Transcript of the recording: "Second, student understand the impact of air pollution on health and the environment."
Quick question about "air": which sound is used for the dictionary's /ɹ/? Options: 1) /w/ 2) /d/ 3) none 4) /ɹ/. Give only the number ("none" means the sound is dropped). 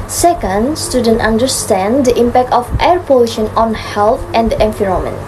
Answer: 4